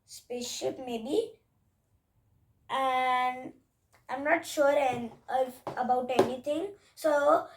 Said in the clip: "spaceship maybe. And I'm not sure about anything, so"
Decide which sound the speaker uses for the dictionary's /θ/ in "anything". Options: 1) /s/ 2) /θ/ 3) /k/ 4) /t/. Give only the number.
4